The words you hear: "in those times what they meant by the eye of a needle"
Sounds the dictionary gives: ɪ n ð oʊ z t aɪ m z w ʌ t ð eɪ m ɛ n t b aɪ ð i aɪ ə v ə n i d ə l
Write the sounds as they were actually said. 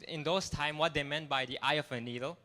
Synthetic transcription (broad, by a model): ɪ n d oʊ s t aɪ m w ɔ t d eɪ m ɛ n t b aɪ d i aɪ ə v ə n i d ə l